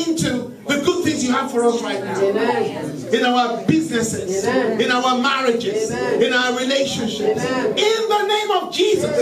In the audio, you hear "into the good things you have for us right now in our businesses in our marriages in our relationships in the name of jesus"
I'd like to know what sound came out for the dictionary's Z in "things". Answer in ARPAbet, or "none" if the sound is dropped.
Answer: Z